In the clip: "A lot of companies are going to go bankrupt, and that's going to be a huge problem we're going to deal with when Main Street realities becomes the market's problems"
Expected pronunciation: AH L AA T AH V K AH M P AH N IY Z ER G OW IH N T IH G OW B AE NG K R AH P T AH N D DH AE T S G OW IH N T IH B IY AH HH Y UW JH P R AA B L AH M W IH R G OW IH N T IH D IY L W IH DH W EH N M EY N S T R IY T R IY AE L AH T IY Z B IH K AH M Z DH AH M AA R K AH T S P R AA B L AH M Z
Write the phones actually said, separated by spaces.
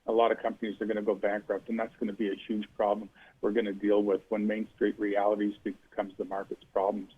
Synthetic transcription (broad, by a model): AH L AA T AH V K AH M P AH N IY Z ER G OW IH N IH G OW B AE NG K R AH P T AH N DH AE T S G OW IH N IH B IY AH HH Y UW JH P R AA B L AH M W IH R G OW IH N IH D IY L W IH DH W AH N M EY N S T R IY T R IY AE L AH T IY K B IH K AH M Z DH AH M AA R K AH T S P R AA B L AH M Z